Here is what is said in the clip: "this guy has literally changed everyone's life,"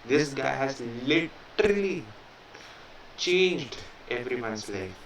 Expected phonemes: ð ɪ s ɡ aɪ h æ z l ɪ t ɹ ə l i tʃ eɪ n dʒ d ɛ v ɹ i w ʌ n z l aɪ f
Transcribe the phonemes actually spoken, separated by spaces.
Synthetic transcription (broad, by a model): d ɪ s ɡ aɪ h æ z l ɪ t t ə l i tʃ eɪ n dʒ d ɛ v ɹ i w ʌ n s l aɪ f